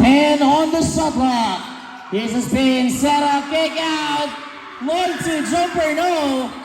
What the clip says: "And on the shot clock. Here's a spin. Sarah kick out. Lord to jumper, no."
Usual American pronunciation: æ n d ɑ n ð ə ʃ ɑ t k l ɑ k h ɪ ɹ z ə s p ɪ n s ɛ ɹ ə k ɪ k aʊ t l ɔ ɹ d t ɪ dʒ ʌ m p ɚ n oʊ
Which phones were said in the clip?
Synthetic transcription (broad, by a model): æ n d ɑ n ð ə s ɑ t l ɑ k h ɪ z ə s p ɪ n s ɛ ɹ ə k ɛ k aʊ t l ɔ t ɪ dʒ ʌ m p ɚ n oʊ